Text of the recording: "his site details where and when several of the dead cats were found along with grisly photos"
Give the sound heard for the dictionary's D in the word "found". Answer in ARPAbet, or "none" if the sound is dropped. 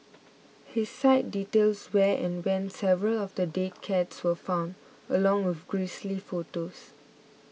D